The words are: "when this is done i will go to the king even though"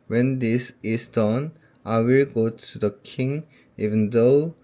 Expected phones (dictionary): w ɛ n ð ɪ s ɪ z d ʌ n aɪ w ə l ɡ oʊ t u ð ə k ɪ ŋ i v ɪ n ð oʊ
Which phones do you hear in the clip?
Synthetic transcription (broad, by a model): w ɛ n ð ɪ s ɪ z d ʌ n aɪ w ə l ɡ oʊ t u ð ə k ɪ ŋ i v ɪ n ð oʊ